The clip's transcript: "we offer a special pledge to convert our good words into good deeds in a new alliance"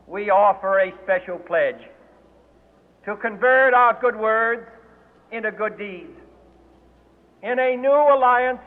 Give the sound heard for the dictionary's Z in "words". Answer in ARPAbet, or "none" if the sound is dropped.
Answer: Z